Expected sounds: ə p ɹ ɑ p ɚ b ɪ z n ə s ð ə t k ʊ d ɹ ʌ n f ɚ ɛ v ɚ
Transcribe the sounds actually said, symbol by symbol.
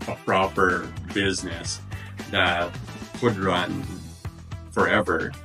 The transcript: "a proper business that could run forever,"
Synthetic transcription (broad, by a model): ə p ɹ ɑ p ɚ b ɪ z n ə s ð ə t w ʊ d ɹ ʌ n f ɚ ɛ v ɚ